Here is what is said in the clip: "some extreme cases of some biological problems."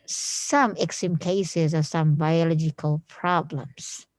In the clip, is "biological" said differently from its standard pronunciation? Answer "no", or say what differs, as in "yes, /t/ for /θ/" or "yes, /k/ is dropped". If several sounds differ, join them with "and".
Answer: no